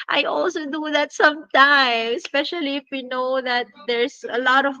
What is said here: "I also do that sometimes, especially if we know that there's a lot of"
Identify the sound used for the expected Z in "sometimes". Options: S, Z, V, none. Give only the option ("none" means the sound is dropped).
none